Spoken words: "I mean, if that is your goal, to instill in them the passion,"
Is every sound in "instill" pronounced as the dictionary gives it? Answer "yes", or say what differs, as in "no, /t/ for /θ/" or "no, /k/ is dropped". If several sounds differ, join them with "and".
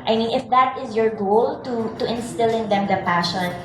yes